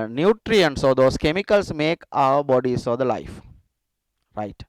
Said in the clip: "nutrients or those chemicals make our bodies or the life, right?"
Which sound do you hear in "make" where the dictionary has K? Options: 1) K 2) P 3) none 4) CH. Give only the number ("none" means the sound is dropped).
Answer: 1